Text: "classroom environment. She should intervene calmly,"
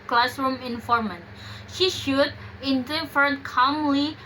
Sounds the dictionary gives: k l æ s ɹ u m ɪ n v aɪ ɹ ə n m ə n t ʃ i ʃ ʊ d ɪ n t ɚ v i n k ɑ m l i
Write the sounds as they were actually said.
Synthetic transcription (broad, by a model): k l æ s ɹ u m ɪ n f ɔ ɹ m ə n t ʃ i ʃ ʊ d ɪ n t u f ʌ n k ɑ m l i